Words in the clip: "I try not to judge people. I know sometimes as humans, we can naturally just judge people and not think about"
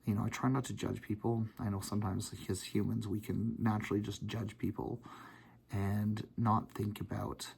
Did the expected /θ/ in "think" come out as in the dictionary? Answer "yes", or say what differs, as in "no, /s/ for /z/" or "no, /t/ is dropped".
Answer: yes